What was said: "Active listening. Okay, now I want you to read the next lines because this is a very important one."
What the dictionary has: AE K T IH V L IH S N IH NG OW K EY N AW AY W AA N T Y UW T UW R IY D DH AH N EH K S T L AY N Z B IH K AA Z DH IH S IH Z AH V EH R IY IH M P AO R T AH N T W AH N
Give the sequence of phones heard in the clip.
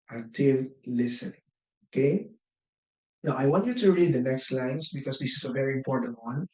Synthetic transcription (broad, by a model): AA T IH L L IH S IH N OW K EY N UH AY W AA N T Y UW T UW R IY D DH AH N EH K S T L AY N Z B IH K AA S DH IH S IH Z AH V EH R IY IH M P AO R T AH N T W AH N